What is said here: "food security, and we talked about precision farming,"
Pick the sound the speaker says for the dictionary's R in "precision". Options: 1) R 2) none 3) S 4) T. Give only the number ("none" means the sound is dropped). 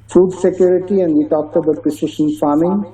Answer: 2